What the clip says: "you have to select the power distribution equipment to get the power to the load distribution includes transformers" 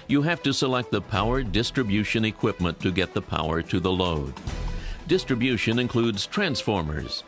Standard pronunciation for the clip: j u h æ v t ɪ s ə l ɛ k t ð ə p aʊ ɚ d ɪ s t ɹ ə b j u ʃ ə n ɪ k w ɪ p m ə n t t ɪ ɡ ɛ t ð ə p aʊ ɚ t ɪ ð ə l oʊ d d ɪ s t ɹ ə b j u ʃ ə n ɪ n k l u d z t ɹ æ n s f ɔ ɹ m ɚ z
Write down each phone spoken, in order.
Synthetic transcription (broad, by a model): j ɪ h æ f t ɪ s ə l ɛ k t ð ə p aʊ ɚ d ɪ s t ɹ ə b j u ʃ ə n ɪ k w ɪ p m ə n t t ɪ ɡ ɛ t ð ə p aʊ ɚ t ɪ ð ə l oʊ d d ɪ s t ɹ ə b j u ʃ ə n ɪ n k l u d z t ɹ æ n s f ɔ ɹ m ɚ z